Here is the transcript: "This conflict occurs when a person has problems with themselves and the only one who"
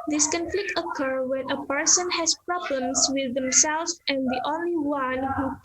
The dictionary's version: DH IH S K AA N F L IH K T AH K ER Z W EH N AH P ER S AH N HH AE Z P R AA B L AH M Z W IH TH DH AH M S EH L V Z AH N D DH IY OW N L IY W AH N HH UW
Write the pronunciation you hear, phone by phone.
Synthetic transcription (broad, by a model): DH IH S K AA N F L IH K T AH K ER W EH N AH P ER S AH N HH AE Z P R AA B L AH M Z W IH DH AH M S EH L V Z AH N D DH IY OW N L IY W AH N HH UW